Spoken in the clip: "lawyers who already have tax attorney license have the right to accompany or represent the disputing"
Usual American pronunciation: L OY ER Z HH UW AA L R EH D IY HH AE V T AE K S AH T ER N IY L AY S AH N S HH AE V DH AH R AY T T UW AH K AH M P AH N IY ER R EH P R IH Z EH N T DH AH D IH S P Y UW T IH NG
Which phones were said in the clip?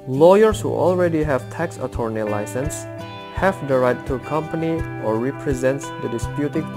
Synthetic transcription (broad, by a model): L OY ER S HH UW AA L R EH D IY HH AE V T AE K S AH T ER N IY L AY S AH N S HH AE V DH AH R AY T T UW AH K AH M P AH N IY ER R EH P R IH Z EH N T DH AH D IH S P Y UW T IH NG